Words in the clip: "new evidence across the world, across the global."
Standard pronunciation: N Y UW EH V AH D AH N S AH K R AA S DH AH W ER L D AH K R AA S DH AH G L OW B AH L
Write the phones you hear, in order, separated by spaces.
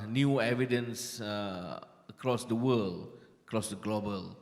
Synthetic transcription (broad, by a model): N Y UW EH V AH D AH N S AH K R AA S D AH W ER L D AH K R AA S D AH G L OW B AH L